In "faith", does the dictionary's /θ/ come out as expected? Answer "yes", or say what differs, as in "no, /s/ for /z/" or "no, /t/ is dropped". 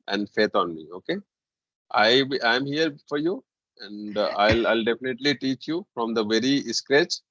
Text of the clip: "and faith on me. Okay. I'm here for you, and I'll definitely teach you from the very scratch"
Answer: no, /t/ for /θ/